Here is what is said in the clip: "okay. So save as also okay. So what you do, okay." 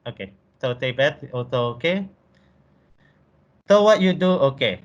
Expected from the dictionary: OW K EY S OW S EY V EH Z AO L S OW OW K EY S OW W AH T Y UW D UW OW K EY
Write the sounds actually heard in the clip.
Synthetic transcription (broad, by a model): OW K EY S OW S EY B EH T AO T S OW OW K EY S OW W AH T Y UW D UW OW K EY